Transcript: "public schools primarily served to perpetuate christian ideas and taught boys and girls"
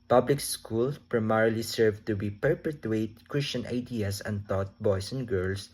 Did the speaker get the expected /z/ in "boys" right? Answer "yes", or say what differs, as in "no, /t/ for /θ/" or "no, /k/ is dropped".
no, /s/ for /z/